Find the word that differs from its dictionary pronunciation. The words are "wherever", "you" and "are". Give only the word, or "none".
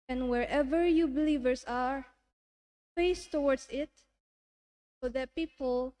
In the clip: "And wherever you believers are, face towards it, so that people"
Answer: none